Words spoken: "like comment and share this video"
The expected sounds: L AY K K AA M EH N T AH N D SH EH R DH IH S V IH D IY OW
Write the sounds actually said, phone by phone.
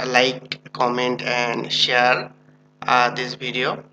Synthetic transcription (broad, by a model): L AY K K AA M EH N T AH N D SH EH R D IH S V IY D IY OW